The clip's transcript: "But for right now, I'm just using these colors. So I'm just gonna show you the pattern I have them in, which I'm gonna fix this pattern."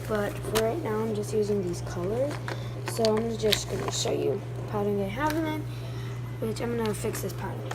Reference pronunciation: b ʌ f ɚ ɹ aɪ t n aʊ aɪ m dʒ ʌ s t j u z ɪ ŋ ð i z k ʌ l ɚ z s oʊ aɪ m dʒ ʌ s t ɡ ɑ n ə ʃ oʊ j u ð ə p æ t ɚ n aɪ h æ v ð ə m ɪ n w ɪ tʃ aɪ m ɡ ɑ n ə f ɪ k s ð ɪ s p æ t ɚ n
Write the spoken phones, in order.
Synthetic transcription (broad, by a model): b ʌ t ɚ ɹ aɪ t n aʊ aɪ m dʒ ʌ s t j u z ɪ ŋ ð i z k ʌ l ɚ z s oʊ aɪ m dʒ ʌ s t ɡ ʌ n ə ʃ oʊ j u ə p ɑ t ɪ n aɪ h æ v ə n ɪ n w ɪ tʃ aɪ m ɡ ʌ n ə f ɪ k s ð ɪ s p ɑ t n